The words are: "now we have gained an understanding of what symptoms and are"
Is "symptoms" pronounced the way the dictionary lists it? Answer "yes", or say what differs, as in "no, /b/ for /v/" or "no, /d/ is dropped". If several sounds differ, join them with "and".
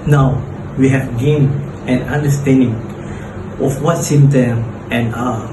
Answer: no, /p/ is dropped and /z/ is dropped